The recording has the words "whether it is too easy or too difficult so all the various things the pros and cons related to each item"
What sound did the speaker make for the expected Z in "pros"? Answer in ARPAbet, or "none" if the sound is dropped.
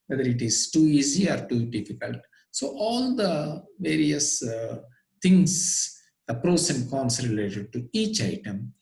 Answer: S